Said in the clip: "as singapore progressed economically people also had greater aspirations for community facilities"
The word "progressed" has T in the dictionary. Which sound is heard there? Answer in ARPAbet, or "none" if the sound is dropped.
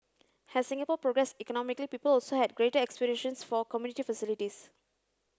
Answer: none